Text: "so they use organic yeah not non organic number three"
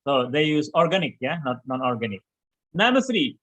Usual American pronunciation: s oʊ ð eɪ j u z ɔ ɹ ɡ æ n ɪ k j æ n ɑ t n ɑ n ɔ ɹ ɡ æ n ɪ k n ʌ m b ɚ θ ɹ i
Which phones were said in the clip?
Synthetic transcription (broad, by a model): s oʊ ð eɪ j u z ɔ ɹ ɡ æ n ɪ k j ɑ n ɑ t n ɑ n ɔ ɹ ɡ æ n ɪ k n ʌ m ɚ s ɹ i